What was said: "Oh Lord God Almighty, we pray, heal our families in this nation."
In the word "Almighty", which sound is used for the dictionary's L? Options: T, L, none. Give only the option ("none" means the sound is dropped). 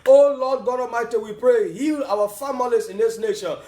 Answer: none